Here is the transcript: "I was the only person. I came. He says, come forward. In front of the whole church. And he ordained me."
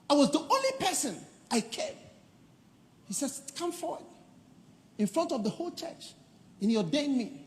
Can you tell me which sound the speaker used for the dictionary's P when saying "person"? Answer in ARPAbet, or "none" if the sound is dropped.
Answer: P